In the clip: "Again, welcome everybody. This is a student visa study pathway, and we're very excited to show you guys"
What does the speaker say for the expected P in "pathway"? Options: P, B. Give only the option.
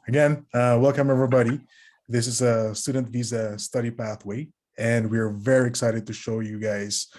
P